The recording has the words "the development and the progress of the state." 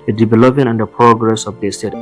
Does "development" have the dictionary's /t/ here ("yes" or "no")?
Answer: no